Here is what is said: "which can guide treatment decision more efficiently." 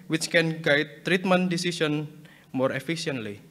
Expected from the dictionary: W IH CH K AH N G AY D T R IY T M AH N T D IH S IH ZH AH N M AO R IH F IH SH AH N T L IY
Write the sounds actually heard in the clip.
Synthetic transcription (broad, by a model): W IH CH K AH N G AY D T R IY T M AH N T D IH S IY S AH N M AO R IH F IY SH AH N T L IY